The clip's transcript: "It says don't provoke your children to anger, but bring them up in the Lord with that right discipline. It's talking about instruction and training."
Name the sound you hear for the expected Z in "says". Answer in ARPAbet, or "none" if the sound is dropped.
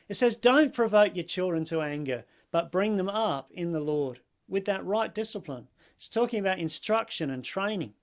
Z